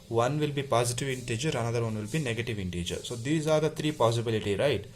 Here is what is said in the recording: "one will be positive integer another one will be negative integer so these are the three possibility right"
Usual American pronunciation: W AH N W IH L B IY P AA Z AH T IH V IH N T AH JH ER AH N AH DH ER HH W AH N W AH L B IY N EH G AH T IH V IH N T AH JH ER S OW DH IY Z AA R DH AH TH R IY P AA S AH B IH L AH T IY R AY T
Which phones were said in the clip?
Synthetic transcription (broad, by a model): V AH N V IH L B IY P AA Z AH T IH V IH N T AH JH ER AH N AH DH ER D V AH N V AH L B IY N EH G AH T IH V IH N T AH JH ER S OW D IY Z AA R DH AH T R IY P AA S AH B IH L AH T IY R AY T